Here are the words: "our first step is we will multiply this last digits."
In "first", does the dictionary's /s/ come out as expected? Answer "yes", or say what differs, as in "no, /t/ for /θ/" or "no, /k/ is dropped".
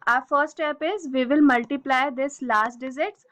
no, /s/ is dropped